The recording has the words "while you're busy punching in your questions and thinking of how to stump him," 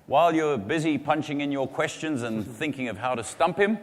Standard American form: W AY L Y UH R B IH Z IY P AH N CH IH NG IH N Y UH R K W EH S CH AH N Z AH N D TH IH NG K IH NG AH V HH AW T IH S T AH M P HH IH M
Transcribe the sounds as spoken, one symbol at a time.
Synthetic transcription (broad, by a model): W AY L Y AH R B IH Z IY P AH N CH IH NG IH N Y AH R K W EH S CH AH N Z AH N TH IH NG K IH NG AH V HH AW T IH S T AH M P HH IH M